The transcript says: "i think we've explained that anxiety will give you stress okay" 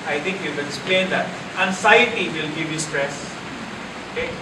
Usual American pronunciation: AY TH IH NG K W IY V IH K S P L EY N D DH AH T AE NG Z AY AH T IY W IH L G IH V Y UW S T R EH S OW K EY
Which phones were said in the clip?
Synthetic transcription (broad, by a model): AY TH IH NG K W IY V IH K S P L EY N D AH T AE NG S AY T IY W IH L G IH V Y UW S T R EH S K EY